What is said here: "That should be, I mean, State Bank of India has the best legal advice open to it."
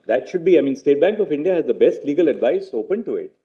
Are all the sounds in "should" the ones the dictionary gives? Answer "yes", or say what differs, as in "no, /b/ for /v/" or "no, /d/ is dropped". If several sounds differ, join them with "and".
yes